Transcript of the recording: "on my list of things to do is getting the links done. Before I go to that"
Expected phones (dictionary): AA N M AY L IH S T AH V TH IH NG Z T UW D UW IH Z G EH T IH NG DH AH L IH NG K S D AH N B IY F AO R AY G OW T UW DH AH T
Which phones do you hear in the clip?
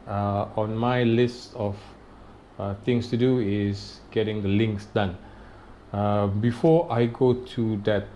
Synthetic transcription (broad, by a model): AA N M AY L IH S T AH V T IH NG S T UW D UW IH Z G EH T IH NG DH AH L IH NG K S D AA N B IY F AO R AY G OW T UW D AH T